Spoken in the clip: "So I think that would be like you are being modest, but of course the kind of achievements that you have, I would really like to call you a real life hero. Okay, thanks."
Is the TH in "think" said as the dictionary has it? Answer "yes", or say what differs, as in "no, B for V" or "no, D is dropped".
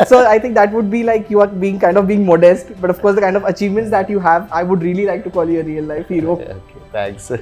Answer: no, T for TH